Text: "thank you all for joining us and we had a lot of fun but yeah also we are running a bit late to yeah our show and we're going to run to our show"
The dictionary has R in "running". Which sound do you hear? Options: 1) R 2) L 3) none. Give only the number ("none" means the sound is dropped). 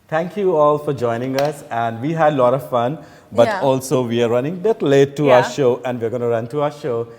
1